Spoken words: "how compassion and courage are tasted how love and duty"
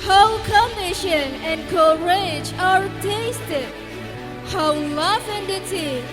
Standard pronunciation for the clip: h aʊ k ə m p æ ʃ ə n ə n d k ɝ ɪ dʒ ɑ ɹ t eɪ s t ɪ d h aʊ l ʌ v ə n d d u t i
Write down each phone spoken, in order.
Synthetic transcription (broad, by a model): h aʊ k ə m ɪ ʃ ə n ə n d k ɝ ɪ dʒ ɑ ɹ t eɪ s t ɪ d h aʊ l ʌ f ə n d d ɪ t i